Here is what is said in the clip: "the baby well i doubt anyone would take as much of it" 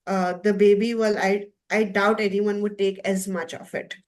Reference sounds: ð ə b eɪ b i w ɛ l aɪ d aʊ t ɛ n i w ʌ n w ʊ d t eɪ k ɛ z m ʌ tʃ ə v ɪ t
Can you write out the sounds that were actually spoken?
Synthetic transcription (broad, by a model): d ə b eɪ b i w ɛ l aɪ d aʊ t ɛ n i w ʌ n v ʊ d t eɪ k ɛ z m ʌ tʃ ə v ɪ t